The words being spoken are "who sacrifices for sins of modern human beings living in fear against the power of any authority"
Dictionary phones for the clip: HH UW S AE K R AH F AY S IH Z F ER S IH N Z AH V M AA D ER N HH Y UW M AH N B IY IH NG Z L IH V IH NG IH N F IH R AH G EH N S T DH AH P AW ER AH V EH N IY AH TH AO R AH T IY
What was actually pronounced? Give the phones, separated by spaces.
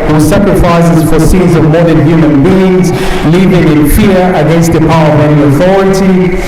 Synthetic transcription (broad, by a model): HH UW S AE K R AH F AY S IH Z F ER S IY L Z AH V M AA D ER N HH Y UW M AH N B IY IH NG Z L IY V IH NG IH N F IH R AH G EH N S T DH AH P AW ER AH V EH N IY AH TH AO R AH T IY